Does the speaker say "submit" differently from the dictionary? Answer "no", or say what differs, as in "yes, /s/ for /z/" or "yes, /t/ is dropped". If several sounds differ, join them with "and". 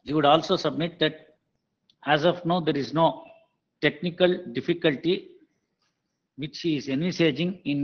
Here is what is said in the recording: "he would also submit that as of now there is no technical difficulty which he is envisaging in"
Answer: no